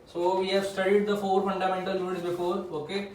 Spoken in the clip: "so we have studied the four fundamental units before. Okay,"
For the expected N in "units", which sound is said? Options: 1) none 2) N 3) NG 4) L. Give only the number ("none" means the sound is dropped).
1